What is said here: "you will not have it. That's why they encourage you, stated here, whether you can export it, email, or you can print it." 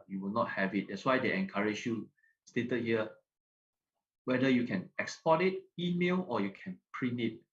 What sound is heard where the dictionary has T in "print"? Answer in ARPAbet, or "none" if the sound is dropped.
none